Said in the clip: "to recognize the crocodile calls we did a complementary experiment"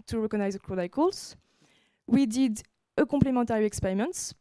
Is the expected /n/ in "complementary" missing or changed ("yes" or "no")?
yes